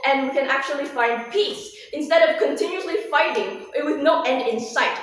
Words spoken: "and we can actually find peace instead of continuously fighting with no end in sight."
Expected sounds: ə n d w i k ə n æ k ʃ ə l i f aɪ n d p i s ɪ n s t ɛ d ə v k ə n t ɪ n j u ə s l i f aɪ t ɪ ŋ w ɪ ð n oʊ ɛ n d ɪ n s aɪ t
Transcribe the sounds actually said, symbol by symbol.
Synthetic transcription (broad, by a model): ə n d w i k ə n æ k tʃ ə l i f aɪ n d p i s ɪ n s t ɛ d ə v k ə n t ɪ n j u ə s l i f aɪ t ɪ ŋ w ɪ ð n oʊ ɛ n d ɪ n s aɪ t